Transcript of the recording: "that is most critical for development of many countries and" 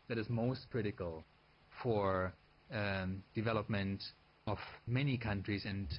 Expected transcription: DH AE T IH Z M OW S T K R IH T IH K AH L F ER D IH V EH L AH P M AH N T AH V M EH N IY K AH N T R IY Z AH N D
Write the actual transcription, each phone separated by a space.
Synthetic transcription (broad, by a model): DH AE T IH Z M OW S T K R IH T IH K AH L F ER D IH V EH L AH P M AH N T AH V M EH N IY K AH N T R IY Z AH N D